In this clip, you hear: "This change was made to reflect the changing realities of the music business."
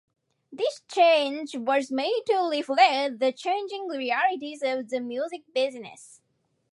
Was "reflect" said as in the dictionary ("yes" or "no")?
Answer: no